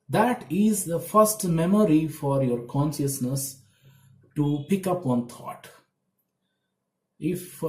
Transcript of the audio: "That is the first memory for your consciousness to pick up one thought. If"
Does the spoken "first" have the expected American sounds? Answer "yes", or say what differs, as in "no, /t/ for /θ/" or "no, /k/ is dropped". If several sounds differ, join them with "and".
yes